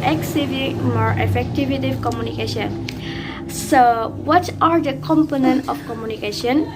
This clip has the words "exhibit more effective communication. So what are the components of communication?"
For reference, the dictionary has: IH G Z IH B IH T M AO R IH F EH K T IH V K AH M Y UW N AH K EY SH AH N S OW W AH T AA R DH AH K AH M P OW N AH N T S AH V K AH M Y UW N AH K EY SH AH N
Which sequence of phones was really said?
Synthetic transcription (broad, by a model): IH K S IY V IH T M AO R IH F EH K T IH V K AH M Y UW N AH K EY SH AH N S OW W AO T AA R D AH K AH M P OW N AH N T AH F K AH M Y UW N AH K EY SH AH N